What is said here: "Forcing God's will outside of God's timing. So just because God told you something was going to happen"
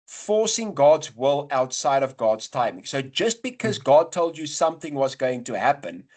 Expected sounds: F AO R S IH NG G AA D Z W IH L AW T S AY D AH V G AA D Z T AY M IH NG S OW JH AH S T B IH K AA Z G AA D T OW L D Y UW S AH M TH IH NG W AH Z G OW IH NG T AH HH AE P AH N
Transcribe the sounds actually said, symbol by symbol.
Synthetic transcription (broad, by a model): F AO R S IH NG G AA D Z W IH L AW T S AY D AH V G AA D Z T AY M IH NG S OW JH AH S T B IH K AA Z G AA D T OW L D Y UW S AH M TH IH NG W AH Z G OW IH NG T AH HH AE P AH N